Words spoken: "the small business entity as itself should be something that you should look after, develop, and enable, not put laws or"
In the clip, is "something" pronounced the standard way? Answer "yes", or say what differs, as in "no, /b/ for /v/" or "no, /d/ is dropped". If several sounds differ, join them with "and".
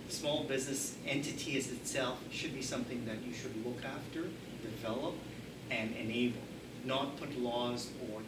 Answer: yes